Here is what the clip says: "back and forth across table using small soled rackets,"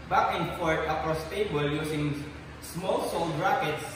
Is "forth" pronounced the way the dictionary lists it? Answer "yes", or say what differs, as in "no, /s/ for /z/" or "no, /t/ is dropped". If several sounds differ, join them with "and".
no, /t/ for /θ/